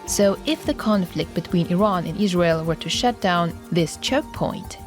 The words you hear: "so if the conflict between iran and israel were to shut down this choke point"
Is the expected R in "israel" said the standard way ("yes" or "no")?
yes